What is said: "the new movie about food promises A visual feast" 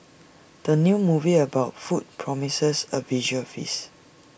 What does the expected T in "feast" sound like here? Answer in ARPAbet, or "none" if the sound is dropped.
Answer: none